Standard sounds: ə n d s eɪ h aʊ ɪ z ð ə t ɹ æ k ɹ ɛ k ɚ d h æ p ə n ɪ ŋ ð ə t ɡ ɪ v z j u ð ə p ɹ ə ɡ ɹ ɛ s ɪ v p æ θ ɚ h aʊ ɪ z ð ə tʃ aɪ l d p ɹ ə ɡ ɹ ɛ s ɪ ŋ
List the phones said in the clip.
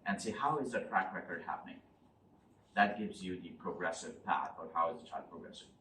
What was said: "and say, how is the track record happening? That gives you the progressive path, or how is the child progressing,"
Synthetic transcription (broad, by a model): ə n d s eɪ h aʊ ɪ z ð ə t ɹ æ k ɹ ɛ k ɚ d h æ p ə n ɪ ŋ ð ə t ɡ ɪ v z j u ð ə p ɹ ə ɡ ɹ ɛ s ɪ v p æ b ɚ h aʊ ɪ z ð ə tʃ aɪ d p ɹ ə ɡ ɹ ɛ s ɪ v